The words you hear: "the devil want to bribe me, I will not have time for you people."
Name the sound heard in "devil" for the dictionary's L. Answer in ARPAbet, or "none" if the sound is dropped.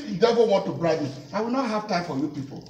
N